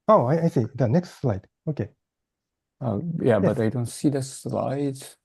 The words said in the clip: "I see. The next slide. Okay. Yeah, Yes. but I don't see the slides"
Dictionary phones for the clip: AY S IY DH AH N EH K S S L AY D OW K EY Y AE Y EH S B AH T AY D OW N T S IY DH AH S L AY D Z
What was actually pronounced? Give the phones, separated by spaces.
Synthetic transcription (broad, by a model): AY S IY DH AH N EH K S S L AY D OW K EY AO Y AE B AH T AY D OW N T S IY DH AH S L AY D